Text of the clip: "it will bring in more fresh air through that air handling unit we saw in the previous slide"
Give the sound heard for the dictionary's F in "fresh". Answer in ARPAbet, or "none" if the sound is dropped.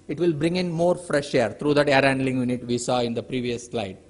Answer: F